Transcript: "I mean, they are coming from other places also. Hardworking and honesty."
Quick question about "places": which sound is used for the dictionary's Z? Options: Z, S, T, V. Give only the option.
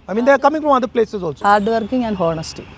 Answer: S